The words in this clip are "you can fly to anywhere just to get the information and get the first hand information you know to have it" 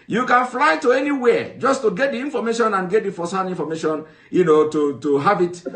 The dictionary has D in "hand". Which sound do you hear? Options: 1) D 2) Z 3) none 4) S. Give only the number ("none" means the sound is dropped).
3